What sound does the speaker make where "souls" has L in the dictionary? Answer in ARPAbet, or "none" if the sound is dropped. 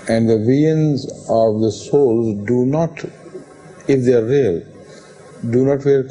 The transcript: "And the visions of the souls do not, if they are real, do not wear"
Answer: L